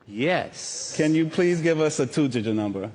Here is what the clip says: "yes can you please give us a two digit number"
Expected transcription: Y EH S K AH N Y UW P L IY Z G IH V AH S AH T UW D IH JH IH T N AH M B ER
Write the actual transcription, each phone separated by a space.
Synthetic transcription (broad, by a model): Y EH S K AH N Y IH P L IY Z G IH V AH S AH T UW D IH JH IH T N AH M B ER